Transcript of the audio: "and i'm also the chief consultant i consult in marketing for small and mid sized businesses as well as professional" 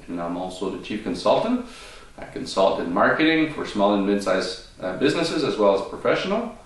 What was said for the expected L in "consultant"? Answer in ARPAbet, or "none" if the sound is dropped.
L